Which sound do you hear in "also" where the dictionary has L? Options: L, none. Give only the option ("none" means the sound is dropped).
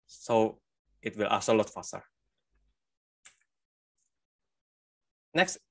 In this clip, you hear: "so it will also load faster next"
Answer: none